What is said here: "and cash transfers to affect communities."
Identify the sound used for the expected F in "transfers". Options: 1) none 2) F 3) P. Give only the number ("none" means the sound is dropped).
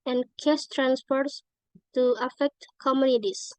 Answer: 3